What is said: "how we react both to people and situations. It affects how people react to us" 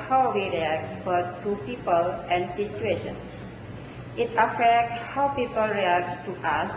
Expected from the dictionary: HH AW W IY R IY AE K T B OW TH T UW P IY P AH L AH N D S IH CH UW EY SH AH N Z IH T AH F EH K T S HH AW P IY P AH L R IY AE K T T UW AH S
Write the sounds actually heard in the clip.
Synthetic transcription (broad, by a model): HH AW W IY R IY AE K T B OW T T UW P IY P AH L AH N S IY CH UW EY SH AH N IH T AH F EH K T HH AW P IY P AH L R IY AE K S T UW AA S